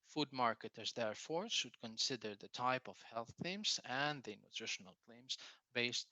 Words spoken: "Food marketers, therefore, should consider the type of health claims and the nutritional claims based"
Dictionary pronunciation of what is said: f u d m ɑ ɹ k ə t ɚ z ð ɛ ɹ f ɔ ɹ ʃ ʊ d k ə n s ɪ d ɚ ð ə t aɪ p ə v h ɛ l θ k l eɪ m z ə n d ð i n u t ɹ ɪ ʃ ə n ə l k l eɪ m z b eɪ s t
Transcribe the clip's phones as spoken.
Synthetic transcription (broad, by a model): f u d m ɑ ɹ k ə t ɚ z ð ɛ ɹ f ɔ ɹ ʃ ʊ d k ə n s ɪ d ɚ ð ə t aɪ p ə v h ɛ l θ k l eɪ m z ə n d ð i n u t ɹ ɪ ʃ ə n ə l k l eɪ m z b eɪ s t